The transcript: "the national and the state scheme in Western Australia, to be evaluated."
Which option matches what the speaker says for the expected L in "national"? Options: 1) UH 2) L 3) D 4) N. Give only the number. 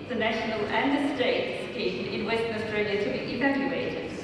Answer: 2